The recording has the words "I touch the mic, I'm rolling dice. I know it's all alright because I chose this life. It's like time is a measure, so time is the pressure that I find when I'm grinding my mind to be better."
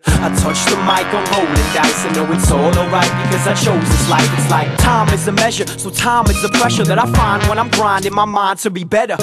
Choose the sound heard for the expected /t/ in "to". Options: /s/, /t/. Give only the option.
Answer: /t/